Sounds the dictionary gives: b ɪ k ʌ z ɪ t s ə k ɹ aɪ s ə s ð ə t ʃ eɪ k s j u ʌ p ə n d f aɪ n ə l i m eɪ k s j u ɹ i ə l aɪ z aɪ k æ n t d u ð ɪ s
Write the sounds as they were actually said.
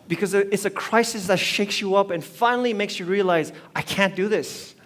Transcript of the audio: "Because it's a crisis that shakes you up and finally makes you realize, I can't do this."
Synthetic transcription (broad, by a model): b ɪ k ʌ z ɪ t s ə k ɹ aɪ s ə s ð ə t ʃ eɪ k s j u ʌ p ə n f aɪ n l i m eɪ k s j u ɹ i ə l aɪ z aɪ k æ n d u ð ɪ s